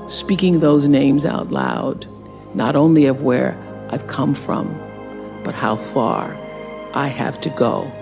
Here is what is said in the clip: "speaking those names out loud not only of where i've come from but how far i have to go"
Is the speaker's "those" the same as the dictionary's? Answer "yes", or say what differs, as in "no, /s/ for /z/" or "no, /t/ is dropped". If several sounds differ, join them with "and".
yes